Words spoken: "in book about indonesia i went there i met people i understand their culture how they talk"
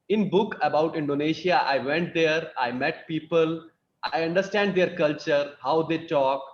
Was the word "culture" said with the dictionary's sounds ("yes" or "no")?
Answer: yes